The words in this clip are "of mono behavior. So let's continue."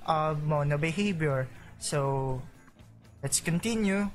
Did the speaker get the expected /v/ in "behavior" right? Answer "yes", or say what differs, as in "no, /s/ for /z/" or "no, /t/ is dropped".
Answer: no, /b/ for /v/